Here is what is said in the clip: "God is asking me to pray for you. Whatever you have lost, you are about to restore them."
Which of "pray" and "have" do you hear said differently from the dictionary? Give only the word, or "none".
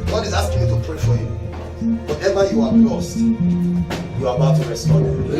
have